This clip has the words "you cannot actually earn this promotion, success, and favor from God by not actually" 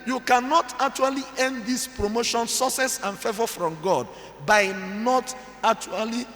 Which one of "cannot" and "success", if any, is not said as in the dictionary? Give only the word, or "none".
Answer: success